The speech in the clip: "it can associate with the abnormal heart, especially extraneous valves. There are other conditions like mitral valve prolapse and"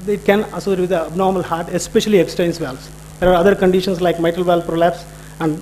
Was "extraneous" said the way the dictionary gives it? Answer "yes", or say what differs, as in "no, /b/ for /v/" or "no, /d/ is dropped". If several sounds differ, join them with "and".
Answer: no, /ɹ/ is dropped